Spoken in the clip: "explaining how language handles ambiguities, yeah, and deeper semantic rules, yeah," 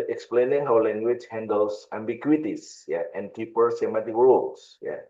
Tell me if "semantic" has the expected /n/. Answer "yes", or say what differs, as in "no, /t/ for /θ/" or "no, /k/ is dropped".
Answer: no, /n/ is dropped